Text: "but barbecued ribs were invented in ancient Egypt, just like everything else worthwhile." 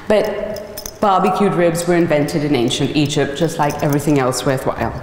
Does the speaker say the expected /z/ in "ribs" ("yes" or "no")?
yes